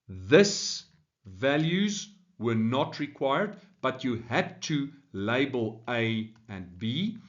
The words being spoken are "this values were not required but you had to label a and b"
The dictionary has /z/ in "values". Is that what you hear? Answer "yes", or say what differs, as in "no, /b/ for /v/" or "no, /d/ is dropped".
yes